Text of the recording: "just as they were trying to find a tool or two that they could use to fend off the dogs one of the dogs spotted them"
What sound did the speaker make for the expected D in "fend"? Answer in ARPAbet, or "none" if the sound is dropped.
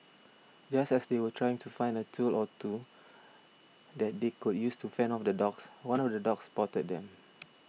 none